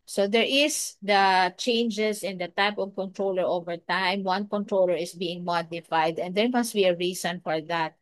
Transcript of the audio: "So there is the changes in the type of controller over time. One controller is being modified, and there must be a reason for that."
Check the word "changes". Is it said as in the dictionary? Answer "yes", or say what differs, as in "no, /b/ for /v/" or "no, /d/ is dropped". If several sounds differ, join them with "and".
no, /s/ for /z/